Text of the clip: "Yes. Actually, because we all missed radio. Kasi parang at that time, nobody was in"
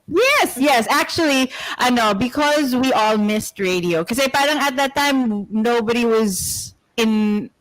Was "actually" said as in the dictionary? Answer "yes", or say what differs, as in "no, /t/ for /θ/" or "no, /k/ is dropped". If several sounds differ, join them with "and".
no, /n/ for /l/